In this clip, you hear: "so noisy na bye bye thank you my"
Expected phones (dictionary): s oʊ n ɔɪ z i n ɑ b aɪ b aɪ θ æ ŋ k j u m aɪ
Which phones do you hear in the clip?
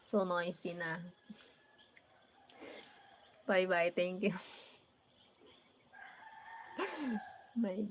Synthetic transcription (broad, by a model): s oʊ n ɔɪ s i n ɑ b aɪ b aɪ t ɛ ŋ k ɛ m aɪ